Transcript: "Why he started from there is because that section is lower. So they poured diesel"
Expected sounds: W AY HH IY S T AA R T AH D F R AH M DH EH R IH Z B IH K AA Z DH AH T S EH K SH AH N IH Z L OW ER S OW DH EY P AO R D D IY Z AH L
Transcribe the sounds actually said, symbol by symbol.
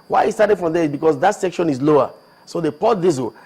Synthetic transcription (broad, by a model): W AY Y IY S T AA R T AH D F R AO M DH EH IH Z B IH K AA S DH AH T S EH K SH AH N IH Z L OW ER S OW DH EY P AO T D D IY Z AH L